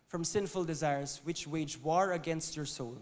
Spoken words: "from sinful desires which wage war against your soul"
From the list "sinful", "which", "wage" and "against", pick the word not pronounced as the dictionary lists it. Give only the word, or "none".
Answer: none